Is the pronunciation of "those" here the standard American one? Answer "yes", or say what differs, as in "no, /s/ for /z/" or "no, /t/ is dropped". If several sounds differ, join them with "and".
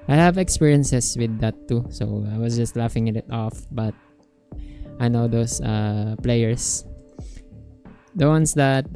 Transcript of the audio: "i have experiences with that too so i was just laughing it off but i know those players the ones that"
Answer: no, /s/ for /z/